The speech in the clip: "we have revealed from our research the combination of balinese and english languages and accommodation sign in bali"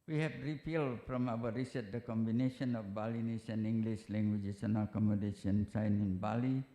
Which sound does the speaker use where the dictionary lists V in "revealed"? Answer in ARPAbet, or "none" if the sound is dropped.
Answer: P